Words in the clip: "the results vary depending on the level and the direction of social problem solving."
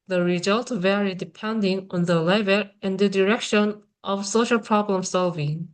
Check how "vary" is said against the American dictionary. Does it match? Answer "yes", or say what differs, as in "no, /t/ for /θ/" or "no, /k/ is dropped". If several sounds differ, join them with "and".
yes